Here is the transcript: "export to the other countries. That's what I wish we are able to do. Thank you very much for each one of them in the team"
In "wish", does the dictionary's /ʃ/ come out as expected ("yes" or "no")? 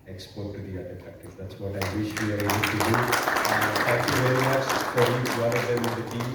yes